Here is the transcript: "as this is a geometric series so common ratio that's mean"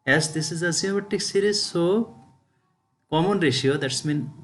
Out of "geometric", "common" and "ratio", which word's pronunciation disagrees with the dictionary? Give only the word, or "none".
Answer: geometric